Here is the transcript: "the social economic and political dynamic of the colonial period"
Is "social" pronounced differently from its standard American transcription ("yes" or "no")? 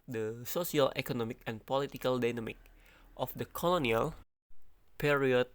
yes